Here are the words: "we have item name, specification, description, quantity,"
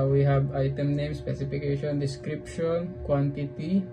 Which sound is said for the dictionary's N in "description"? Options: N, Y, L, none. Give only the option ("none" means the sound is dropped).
L